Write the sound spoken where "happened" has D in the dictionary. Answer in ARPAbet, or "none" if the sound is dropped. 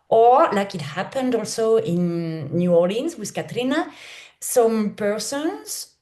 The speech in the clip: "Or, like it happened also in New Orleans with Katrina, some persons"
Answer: D